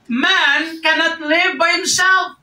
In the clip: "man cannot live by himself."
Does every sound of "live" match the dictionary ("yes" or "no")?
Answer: yes